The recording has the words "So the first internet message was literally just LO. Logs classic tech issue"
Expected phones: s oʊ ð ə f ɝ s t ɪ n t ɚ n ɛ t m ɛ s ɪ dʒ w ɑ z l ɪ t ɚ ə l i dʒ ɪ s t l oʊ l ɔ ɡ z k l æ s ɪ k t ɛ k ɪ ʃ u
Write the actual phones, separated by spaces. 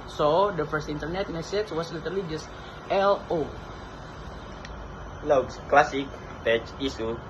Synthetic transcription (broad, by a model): s oʊ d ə f ɝ s t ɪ n t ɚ n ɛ t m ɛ s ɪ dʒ w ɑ s l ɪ t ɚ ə l i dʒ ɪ s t l oʊ l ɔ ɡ s k l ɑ s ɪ k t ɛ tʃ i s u